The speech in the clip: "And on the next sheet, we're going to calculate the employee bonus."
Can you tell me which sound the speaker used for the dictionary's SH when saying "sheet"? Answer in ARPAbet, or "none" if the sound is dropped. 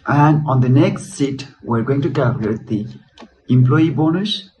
S